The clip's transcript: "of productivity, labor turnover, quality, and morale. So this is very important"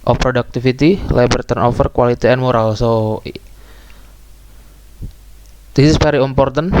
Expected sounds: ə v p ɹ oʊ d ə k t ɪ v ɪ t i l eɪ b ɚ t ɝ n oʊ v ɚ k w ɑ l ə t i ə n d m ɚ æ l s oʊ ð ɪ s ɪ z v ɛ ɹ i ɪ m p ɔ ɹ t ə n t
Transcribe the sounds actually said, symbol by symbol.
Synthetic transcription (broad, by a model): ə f p ɹ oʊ d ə k t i f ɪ t i l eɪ b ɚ t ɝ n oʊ f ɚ k w ɑ l ə t i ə n m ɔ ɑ l s oʊ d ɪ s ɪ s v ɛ ɹ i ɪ m p ɔ ɹ t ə n